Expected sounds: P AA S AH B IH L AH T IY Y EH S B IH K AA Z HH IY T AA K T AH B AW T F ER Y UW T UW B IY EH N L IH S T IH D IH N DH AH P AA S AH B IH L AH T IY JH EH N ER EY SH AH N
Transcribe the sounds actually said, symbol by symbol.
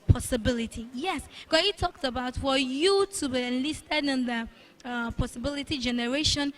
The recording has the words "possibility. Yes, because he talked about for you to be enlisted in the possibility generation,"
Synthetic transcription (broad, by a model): P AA S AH B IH L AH T IY Y EH S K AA HH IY T AA K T AH B AW T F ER Y UW T UW B IY EH N L IH S T IH D IH N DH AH P AA S AH B IH L AH T IY JH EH N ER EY SH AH N